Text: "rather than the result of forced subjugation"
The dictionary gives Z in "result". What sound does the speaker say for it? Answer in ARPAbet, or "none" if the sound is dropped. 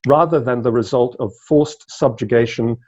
Z